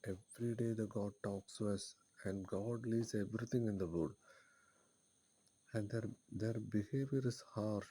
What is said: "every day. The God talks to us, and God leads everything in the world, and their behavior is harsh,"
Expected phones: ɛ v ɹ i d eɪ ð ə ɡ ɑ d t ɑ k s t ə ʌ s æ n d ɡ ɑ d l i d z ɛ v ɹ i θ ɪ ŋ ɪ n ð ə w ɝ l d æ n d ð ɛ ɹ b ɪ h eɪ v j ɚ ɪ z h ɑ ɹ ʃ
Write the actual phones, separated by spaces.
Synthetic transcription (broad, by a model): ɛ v ɹ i d eɪ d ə ɡ ɑ d t ɑ k s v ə ʌ s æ n d ɡ ɑ d l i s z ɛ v ɹ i t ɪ ŋ ɪ n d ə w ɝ d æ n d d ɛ ɹ b ɪ h eɪ v j ɚ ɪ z h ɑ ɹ